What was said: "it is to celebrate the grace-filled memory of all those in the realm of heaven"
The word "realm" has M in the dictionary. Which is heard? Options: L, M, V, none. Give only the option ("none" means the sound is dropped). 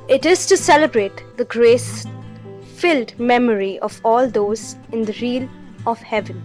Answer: none